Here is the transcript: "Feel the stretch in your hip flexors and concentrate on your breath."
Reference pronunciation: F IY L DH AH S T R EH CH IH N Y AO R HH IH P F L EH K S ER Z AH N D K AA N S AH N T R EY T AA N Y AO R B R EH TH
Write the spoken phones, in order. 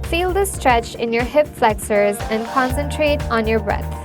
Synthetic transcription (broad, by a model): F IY L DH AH S T R EH CH IH N Y AO R HH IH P F L EH K S ER Z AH N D K AA N S AH N T R EY T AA N Y AO R B R EH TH